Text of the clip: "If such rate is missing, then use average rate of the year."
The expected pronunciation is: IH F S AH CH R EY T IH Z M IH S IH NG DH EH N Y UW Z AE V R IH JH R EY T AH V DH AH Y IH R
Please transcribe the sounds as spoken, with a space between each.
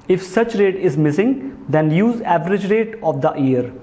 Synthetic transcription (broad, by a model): IH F S AH CH R EY T IH Z M IH S IH NG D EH N Y UW Z AE V R IH JH R EY T AH V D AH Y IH R